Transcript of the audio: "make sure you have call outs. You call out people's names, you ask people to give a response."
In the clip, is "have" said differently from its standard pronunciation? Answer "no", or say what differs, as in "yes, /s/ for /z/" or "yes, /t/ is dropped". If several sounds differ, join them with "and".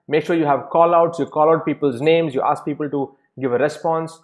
no